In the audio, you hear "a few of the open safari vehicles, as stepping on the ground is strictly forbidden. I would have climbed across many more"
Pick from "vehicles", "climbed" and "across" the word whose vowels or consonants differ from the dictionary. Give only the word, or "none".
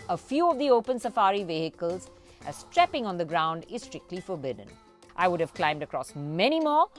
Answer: none